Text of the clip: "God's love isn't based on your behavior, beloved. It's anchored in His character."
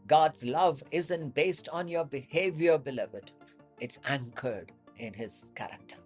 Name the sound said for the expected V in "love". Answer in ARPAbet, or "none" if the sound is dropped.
V